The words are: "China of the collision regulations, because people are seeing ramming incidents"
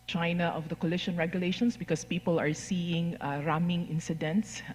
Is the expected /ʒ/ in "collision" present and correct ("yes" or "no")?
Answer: no